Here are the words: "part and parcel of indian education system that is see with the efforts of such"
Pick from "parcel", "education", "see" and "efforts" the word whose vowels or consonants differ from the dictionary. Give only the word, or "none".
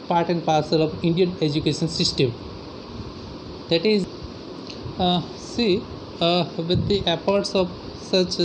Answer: efforts